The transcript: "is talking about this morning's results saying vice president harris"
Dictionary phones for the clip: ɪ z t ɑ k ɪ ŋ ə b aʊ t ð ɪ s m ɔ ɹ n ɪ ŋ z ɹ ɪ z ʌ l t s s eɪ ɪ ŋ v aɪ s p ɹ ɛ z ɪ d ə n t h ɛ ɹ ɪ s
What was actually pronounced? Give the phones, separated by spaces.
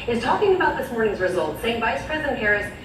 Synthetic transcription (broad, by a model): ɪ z t ɑ k ɪ ŋ ə b aʊ t ð ɪ s m ɔ ɹ n ɪ ŋ z ɹ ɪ z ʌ l t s s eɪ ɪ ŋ v aɪ s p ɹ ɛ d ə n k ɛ ɹ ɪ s